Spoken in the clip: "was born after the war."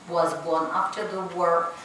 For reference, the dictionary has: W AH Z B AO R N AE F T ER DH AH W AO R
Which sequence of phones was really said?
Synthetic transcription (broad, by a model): W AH Z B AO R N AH P T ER DH AH W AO R